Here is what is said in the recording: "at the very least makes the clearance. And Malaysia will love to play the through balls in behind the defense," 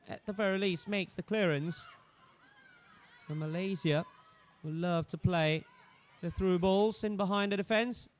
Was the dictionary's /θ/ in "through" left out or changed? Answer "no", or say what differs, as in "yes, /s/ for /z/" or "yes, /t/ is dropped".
no